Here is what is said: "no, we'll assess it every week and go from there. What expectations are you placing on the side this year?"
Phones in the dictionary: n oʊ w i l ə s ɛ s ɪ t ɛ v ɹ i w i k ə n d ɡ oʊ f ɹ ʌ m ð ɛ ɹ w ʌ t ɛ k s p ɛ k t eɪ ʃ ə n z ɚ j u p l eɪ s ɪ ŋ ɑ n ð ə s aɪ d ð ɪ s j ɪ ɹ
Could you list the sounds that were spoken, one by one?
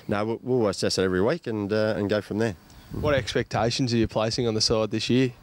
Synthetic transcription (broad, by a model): n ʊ w i l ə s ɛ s ɪ t ɛ v ɹ i w i k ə n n ɡ oʊ f ɹ ʌ m ð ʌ ɹ w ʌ t ɛ k s p ɛ k t eɪ ʃ ə n z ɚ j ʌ p l eɪ s ɪ ŋ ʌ n ð ə s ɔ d ð ɪ s j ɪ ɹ